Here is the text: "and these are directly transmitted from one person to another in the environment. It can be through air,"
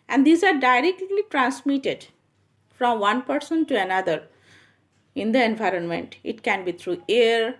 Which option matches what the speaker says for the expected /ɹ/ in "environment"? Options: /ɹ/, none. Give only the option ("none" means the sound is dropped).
/ɹ/